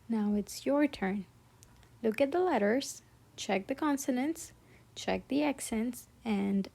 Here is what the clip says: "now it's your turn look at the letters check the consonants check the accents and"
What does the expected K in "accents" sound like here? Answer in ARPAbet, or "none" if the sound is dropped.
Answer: K